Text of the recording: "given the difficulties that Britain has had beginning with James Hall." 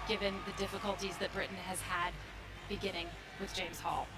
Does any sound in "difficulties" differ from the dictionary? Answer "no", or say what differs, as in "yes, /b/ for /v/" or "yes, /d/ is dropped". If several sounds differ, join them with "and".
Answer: no